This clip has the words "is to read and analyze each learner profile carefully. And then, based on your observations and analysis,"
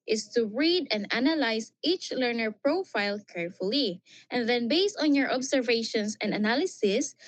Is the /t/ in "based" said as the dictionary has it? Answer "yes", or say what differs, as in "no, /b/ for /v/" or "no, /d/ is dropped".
yes